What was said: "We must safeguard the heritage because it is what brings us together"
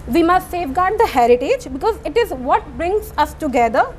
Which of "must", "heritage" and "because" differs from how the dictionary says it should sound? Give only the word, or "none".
none